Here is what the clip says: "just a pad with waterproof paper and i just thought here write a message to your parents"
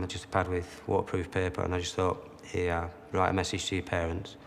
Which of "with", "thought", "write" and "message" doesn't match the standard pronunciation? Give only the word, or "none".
none